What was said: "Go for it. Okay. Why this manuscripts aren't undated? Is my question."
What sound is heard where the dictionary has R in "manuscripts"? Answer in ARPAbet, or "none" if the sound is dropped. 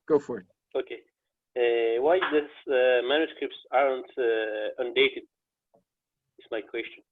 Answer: R